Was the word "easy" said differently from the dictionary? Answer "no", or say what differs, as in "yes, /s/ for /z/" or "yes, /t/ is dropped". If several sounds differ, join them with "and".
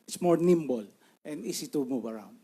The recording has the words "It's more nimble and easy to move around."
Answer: yes, /s/ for /z/